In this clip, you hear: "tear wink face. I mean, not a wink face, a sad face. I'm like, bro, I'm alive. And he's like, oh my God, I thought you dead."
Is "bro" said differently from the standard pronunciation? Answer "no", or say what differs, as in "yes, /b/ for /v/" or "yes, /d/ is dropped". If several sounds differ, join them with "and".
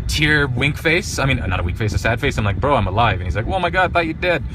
no